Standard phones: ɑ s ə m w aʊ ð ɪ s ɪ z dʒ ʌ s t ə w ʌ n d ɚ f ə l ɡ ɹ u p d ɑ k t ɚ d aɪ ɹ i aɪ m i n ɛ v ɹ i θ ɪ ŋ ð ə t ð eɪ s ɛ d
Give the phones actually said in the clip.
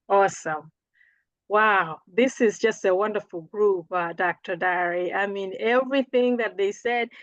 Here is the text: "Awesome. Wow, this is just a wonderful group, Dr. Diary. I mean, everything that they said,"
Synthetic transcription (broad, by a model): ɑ s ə m w aʊ ð ɪ s ɪ z dʒ ʌ s t ə w ʌ n d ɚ f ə l ɡ ɹ u p d ɑ k t ɚ d aɪ ɹ i aɪ m i n ɛ v ɹ i θ ɪ ŋ ð ə t ð eɪ s ɛ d